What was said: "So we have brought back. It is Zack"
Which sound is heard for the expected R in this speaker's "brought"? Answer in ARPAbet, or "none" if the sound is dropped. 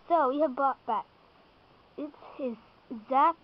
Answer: none